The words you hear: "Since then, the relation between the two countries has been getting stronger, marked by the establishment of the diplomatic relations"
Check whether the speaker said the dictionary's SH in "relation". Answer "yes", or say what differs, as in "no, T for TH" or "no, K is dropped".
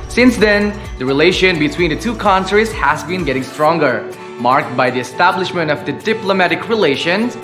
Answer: yes